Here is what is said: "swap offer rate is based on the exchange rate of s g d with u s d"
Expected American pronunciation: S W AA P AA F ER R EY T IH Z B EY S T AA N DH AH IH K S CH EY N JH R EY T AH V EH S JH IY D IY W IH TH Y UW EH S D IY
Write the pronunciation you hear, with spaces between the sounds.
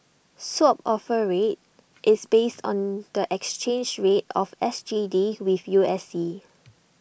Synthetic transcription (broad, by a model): S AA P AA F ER R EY T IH S B EY S T AA N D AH IH K S CH EY N JH R EY T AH F EH S JH IY D IY W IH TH Y UW EH S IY